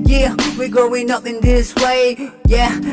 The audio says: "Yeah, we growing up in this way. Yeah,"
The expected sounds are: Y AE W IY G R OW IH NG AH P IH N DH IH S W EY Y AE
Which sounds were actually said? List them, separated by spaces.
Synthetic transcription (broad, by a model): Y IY W IY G OW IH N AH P IH N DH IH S W EY Y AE